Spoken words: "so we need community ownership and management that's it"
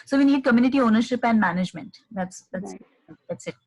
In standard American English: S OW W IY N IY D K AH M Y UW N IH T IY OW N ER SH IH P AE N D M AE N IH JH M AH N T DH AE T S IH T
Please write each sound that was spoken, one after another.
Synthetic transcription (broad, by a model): S OW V IY N IY D K AH M Y UW N IH T IY OW N ER SH IH P AE N D M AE N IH JH M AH N T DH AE T S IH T